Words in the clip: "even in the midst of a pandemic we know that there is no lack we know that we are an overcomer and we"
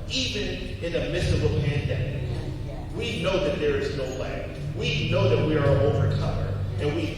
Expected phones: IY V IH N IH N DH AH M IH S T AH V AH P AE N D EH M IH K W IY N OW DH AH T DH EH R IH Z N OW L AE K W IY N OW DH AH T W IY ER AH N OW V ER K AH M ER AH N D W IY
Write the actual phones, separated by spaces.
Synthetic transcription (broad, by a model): IY V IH N IH N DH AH M IH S AH B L P AE N D EH M IH K W IY N OW DH AH T DH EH R IH Z N OW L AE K W IY N OW DH AH T W IY ER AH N OW V ER K AH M ER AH N W IY